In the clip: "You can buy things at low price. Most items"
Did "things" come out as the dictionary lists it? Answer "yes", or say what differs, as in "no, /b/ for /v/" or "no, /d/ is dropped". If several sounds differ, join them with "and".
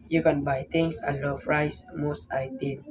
no, /t/ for /θ/ and /s/ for /z/